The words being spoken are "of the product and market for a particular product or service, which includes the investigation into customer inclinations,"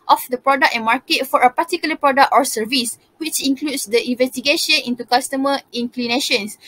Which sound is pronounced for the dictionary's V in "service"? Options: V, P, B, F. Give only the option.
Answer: V